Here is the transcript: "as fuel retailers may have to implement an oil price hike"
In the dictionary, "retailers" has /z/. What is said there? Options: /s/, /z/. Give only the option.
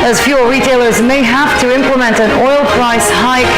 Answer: /z/